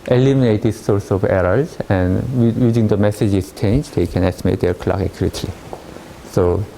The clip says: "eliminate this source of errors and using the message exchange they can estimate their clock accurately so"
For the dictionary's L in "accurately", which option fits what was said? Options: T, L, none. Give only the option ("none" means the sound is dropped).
none